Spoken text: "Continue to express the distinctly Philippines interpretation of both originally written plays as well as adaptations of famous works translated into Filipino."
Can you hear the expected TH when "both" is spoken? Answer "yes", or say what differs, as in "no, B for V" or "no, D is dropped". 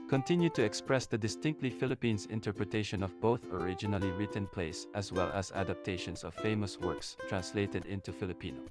yes